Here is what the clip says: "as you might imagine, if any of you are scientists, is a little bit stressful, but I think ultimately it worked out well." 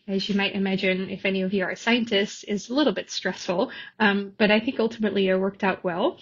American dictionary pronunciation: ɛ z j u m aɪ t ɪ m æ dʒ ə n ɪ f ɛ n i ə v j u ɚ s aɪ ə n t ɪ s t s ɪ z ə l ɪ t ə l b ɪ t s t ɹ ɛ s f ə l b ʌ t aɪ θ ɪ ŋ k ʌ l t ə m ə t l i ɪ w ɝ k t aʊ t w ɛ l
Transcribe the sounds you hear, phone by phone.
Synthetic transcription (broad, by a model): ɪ z j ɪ m aɪ t ɪ m æ dʒ ə n ɪ f ɛ n i ə v j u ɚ s aɪ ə n t ɪ s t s ɪ z ə l ɪ t l b ɪ t s t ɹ ɛ s f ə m b ʌ t aɪ θ ɪ ŋ k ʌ l t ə m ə t l i ɪ w ɝ k t aʊ t w ɛ l